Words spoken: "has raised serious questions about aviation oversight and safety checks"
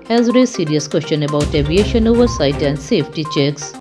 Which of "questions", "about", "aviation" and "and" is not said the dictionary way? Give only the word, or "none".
questions